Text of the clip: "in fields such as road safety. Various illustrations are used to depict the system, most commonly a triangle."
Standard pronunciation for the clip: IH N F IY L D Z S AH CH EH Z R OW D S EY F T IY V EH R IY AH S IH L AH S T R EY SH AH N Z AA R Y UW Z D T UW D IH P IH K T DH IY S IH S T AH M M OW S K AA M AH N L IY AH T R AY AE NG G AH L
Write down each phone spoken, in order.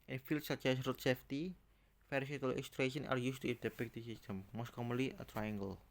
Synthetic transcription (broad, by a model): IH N F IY L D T S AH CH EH S R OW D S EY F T IY F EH R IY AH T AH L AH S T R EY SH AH N AA R Y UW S T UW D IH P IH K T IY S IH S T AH M M OW S K AA M AH N L IY AH T R AY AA NG G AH L